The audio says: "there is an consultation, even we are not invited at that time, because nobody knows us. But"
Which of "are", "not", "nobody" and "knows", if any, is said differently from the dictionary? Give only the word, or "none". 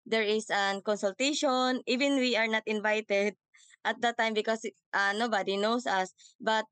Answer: knows